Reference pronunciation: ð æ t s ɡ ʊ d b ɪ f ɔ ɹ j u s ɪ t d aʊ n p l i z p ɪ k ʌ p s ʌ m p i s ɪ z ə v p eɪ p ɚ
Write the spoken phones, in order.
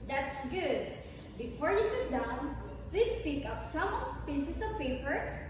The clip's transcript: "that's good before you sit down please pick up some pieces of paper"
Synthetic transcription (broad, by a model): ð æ t s ɡ ʊ d b ɪ f ɔ ɹ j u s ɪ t d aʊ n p l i s p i k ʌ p s ʌ m p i s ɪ s ə v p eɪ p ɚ